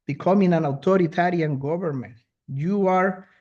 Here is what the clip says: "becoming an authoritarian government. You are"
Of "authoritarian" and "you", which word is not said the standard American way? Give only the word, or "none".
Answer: authoritarian